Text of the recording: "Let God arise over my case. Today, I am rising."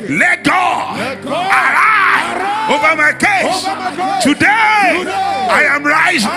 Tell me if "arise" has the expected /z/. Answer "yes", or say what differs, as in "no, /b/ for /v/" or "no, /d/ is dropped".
no, /z/ is dropped